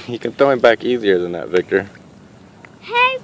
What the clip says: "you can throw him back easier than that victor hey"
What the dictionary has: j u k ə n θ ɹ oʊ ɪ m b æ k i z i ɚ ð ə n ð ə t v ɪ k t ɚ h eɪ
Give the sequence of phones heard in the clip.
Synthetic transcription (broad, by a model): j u k ə n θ oʊ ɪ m b æ k i z i ɚ ð ə n ð ə t v ɪ k t ɚ h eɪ